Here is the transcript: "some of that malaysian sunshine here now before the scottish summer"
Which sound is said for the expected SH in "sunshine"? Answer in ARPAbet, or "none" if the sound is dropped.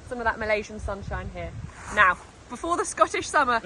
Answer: SH